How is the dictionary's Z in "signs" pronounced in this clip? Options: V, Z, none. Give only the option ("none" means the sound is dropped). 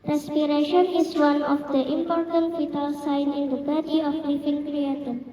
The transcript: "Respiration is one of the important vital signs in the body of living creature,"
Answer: none